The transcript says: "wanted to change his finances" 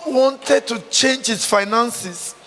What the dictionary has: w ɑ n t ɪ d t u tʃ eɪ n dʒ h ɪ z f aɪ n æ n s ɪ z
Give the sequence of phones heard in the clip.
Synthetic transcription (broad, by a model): w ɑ n t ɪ d t u tʃ eɪ n dʒ h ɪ s f aɪ n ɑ n s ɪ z